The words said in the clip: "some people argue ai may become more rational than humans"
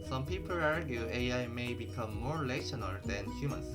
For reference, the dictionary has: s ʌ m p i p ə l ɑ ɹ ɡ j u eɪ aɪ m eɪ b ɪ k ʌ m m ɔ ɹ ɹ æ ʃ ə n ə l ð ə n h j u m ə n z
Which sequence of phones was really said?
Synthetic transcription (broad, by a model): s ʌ m p i p ə l ɑ ɹ ɡ j u eɪ aɪ m eɪ b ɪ k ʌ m m ɔ ɹ l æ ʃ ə n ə l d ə n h j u m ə n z